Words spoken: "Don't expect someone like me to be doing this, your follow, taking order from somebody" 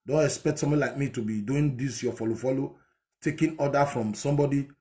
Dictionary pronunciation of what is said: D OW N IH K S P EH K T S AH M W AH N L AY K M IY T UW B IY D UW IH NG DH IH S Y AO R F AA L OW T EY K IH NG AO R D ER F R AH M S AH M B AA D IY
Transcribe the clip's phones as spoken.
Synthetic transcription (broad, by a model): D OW N IH K S P EH K T S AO M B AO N L AY K M IY T UW B IY D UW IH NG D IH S Y AO L F AA L OW T EY K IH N AO D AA F R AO M S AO M B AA D IY